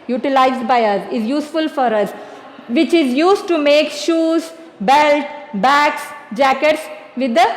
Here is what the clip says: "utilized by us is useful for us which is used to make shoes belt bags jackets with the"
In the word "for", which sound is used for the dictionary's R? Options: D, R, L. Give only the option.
R